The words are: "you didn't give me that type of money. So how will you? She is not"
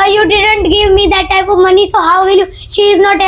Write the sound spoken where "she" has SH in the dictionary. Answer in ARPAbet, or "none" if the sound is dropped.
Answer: SH